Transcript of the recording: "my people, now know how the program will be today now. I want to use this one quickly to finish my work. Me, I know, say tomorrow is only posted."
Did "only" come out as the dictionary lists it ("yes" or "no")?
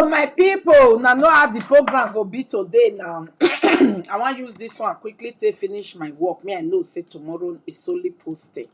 no